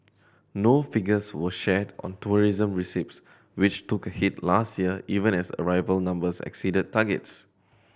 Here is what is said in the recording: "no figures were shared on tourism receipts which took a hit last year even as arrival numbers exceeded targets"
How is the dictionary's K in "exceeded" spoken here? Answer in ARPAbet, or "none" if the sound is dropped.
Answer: K